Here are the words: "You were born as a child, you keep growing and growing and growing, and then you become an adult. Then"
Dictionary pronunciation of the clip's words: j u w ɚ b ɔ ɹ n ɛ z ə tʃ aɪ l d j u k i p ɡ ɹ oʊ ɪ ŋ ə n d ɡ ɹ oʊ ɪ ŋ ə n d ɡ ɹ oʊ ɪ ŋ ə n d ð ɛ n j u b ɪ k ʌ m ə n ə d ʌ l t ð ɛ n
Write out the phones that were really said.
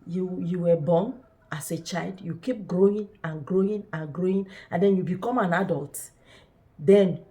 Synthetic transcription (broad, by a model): j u w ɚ b ɔ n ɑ s ə tʃ aɪ l d j u k i p ɡ ɹ oʊ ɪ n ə n ɡ ɹ oʊ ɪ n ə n ɡ ɹ oʊ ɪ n ə n d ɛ n j u b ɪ k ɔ m ə n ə d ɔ l t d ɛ n